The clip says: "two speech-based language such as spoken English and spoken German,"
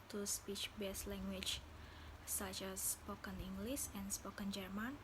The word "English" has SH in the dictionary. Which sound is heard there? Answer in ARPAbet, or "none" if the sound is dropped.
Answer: S